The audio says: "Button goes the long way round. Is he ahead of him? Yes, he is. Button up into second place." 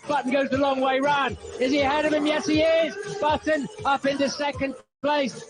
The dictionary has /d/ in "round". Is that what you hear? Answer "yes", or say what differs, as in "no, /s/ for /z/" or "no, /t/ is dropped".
no, /d/ is dropped